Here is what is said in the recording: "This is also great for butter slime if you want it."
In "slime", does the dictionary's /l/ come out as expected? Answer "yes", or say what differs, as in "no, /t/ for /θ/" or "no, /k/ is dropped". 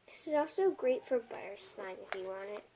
no, /n/ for /l/